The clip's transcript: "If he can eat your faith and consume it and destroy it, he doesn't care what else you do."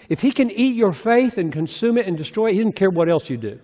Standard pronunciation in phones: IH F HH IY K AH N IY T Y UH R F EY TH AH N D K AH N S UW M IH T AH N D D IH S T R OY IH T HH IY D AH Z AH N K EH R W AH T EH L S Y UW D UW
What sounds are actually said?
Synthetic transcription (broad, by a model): IH F HH IY K AH N IY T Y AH R F EY TH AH N K AH N S UW M IH T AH N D D IH S T R OY IH T HH IY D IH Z N K EH R W AH T EH L S Y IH D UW